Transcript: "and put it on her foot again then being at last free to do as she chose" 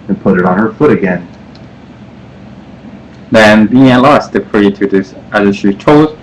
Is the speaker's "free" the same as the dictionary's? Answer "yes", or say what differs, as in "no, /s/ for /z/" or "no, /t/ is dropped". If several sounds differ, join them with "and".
no, /p/ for /f/